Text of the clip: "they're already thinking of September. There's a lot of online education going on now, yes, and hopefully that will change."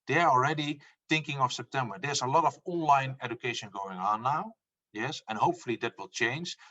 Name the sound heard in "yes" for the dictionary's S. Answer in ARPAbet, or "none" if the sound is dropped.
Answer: S